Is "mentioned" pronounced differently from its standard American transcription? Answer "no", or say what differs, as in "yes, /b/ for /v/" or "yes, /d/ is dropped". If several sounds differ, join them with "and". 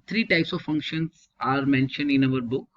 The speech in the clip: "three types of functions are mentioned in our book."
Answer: no